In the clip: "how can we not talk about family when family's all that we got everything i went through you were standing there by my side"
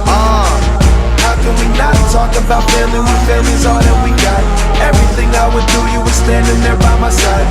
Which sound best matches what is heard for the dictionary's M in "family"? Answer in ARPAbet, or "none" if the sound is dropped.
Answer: none